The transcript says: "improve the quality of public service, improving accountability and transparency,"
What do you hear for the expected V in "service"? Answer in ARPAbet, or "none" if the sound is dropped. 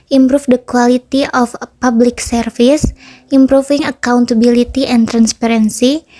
F